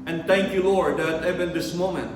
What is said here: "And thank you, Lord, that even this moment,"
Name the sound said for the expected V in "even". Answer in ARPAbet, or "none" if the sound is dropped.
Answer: B